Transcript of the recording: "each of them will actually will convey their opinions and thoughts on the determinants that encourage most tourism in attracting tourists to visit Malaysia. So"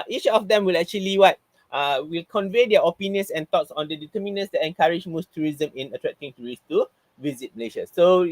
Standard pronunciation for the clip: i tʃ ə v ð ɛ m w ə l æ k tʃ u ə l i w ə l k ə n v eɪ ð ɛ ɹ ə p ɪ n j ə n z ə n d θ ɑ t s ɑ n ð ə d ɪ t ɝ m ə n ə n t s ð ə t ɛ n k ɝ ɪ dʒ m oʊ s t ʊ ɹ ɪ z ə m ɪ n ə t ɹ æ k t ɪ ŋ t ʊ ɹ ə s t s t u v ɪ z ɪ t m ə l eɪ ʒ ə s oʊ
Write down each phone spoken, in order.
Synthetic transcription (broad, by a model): i tʃ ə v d ɛ m w ə l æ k tʃ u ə l i w ə l k ə n v eɪ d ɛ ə p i n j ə n s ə n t ɑ t s ɑ n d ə d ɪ t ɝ m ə n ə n s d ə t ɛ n k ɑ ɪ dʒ m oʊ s t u ɹ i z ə m ɪ n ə t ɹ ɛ k t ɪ ŋ t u ɹ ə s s t u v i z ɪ t m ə l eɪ ʃ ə s oʊ